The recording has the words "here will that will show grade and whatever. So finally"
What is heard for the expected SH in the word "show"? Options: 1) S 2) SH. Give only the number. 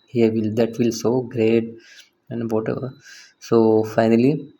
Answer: 1